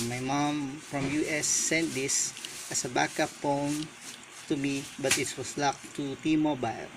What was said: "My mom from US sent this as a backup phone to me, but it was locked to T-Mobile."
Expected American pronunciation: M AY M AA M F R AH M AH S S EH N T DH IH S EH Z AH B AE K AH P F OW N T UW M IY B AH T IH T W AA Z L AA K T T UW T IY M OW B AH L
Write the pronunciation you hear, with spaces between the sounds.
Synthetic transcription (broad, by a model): M AY M AA M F R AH M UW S S EH N T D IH S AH S AH B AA K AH P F OW N T UW M IY B AH T IH T W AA S L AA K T T UW T IY M OW B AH L